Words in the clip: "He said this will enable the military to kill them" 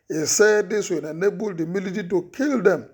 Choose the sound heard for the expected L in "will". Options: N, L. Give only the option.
N